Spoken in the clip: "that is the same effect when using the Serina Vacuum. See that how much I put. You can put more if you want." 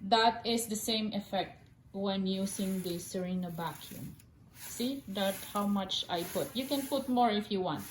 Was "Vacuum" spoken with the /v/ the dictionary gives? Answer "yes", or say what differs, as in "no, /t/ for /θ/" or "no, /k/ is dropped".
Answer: no, /b/ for /v/